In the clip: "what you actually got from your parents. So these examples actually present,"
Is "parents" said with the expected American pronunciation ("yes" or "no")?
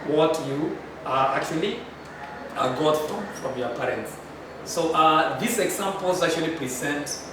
yes